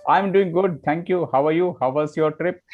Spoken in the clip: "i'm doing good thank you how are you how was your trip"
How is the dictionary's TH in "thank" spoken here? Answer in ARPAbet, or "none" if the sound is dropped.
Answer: T